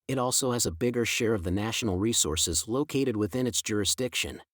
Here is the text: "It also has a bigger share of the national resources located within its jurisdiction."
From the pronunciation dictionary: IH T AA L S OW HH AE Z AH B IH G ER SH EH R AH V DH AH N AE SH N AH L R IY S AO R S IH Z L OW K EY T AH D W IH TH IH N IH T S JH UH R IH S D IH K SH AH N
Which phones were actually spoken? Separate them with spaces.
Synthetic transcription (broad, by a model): IH T AA L S OW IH Z AH B IH G ER SH EH R AH V DH AH N AE SH N L R IY S AO R S IH Z L OW K EY T AH D W IH TH IH N IH T S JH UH R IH S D IH K SH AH N